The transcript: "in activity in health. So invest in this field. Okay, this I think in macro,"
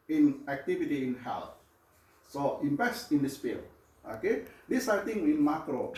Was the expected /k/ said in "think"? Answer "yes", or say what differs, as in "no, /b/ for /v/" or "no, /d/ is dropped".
no, /k/ is dropped